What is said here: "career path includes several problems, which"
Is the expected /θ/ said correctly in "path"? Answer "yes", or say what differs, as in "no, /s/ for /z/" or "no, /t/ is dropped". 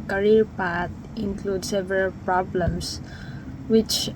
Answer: no, /t/ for /θ/